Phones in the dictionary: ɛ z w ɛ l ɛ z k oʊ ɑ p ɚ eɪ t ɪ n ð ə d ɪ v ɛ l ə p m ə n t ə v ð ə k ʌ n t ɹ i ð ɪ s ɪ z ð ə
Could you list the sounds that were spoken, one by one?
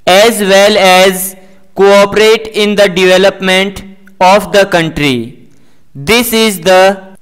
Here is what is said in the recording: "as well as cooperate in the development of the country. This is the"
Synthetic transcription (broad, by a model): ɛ z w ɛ l ɛ z k oʊ ɑ p ɚ eɪ t ɪ n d ə d ɪ v ɛ l ə p m ə n t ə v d ə k ʌ n t ɹ i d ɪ s ɪ z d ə